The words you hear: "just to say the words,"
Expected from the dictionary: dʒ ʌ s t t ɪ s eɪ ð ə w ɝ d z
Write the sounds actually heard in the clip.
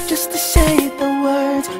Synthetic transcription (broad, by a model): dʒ ʌ s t t ɪ ʃ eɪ ð ə w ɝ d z